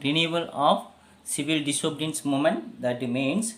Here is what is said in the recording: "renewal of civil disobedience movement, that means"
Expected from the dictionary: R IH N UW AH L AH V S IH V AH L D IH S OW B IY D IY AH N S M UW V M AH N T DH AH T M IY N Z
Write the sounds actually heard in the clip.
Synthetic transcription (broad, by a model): R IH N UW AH L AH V S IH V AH L D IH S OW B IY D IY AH N S M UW M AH N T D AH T M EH N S